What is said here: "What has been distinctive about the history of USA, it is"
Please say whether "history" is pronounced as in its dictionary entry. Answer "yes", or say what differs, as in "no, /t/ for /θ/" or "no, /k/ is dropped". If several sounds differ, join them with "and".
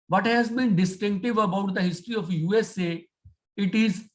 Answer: yes